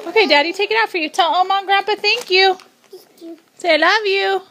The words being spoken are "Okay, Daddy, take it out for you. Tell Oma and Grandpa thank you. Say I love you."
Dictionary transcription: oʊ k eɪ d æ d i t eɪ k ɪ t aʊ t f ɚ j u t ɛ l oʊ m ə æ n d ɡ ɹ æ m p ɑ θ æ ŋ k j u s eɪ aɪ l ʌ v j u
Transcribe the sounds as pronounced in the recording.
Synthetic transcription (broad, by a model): oʊ k eɪ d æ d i t eɪ k ɪ t aʊ t f ɚ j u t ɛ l oʊ m ə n ɡ ɹ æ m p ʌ θ æ ŋ k j u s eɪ aɪ l ʌ v j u